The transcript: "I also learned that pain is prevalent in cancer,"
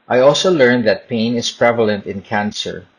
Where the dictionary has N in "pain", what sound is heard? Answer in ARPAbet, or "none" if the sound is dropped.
N